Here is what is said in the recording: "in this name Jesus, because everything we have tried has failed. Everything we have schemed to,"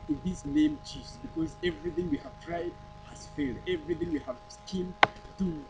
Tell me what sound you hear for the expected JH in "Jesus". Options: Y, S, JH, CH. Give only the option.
CH